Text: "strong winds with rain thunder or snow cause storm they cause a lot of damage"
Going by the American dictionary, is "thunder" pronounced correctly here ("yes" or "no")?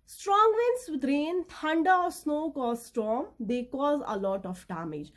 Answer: no